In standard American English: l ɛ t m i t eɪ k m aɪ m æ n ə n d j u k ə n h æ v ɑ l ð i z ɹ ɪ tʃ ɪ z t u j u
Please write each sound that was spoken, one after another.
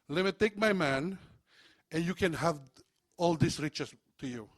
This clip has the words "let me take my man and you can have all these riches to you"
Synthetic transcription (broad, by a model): l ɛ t m i t eɪ k m aɪ m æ n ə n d j u k ə n h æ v ɑ l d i s ɹ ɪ tʃ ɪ s t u j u